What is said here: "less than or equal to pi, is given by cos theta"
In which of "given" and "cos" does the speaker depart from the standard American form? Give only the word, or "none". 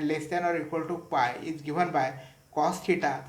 given